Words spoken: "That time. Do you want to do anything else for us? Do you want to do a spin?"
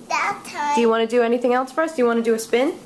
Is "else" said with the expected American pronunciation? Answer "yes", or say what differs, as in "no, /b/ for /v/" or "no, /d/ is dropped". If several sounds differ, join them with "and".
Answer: yes